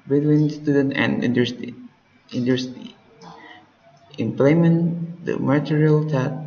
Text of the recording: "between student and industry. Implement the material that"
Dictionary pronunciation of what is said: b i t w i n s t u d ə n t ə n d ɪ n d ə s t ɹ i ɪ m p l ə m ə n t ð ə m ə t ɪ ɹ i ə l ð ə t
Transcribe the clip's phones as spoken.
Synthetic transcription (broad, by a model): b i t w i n s t u d ə n t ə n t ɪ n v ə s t i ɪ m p l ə m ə n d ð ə m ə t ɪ ɹ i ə l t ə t